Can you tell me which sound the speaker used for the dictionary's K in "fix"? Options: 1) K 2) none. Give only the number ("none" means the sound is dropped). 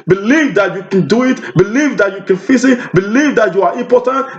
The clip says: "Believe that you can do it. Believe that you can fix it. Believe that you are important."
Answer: 2